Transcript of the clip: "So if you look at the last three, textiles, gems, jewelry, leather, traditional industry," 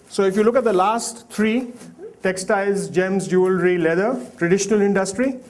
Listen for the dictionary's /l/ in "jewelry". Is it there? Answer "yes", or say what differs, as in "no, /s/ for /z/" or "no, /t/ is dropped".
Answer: yes